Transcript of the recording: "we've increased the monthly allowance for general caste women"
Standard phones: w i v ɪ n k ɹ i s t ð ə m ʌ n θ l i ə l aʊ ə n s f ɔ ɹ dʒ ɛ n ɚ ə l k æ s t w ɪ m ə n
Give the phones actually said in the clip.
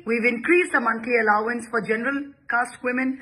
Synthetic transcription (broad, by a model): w i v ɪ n k ɹ i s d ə m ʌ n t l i ə l aʊ ə n s f ɔ ɹ dʒ ɛ n ɚ ə l k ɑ s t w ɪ m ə n